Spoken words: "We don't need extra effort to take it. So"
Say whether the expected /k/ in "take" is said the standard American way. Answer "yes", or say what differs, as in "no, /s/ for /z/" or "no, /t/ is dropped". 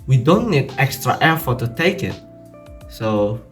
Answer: yes